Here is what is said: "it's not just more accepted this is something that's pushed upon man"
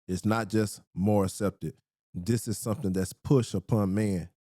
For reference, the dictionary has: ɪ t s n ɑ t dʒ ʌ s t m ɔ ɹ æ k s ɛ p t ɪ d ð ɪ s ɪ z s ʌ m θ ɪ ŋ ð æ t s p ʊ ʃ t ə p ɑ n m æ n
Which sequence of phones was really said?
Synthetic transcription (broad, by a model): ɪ t s n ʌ t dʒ ʌ s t m ɔ ɹ æ k s ɛ p t ɪ d ð ɪ s ɪ z s ʌ m θ ɪ ŋ ð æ t s p ʊ ʃ t ə p ɑ n m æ n